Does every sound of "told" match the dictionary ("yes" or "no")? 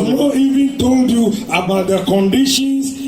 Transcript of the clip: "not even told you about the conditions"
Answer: yes